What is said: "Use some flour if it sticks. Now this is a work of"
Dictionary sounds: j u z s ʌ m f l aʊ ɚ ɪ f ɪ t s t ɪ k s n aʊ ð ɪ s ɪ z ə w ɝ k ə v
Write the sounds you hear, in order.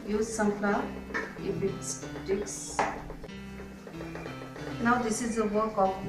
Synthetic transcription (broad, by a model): j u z s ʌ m p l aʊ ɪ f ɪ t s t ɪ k s n aʊ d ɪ s ɪ z ə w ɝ k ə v